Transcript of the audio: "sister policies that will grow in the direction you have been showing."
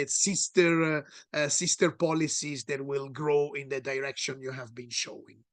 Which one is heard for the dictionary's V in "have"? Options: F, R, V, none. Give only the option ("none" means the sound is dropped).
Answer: V